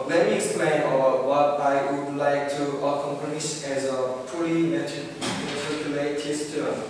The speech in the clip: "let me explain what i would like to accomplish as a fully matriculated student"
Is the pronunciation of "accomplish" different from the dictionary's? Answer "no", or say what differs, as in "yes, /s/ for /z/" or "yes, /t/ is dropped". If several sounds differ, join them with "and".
yes, /n/ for /l/